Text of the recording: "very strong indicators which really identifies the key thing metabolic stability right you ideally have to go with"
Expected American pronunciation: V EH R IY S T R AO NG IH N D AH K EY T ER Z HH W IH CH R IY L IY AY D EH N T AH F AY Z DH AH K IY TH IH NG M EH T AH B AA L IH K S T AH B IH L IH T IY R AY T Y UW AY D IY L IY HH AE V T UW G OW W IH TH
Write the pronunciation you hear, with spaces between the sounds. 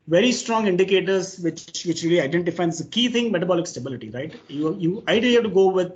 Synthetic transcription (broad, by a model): V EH R IY S T R AO NG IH N D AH K EY T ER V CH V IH CH R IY L IY AY D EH N T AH F AY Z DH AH K IY T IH NG M EH T AH B AA L IH K S T AH B IH L IH T IY R AY T Y UW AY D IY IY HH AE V T UW G OW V IH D